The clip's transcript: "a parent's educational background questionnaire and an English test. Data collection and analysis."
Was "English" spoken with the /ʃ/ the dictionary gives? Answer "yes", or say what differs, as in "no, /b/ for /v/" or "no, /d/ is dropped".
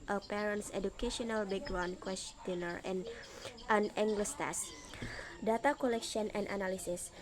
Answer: no, /s/ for /ʃ/